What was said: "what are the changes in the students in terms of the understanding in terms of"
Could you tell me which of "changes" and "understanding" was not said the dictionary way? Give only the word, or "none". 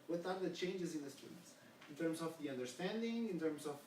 none